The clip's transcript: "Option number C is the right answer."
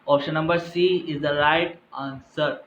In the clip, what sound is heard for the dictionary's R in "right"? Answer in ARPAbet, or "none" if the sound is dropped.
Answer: R